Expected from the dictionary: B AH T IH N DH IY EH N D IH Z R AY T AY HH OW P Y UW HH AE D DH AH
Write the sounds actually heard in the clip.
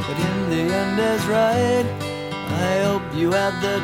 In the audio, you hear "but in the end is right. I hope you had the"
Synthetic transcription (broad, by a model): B AH T IH N DH IY EH N D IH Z R AY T AY HH OW P Y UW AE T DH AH